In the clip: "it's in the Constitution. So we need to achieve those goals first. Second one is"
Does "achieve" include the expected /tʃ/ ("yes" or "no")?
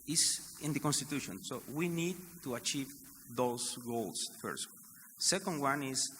yes